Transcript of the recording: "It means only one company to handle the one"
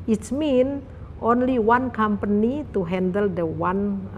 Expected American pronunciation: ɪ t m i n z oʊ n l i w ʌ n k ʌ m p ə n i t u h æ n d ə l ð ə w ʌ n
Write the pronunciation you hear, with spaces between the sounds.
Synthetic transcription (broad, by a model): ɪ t m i n oʊ n l i w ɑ n k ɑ m p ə n i t u h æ n d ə l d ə w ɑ n